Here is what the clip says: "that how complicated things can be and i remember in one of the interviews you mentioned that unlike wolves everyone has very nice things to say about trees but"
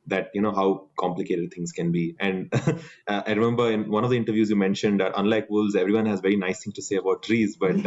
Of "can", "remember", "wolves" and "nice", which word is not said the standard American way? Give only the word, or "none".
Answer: wolves